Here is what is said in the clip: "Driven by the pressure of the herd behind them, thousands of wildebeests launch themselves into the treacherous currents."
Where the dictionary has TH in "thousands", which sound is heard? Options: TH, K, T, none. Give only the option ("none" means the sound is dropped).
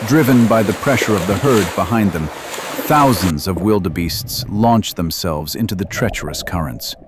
TH